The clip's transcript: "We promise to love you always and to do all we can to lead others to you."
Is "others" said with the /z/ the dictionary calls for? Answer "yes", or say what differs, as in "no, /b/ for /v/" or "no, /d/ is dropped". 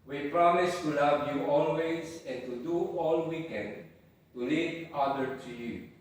no, /z/ is dropped